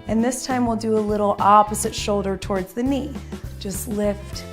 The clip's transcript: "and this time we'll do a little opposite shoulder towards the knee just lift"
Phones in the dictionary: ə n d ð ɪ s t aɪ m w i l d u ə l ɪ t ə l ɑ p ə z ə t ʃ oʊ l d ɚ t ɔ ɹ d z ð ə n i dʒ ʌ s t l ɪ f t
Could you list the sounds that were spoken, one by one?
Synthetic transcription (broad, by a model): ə n ð ɪ s t aɪ m w i l d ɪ ə l ɪ t l ɑ p ə z ə t ʃ oʊ l d ɚ t ɔ ɹ d z ð ə n i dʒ ʌ s t l ɪ f t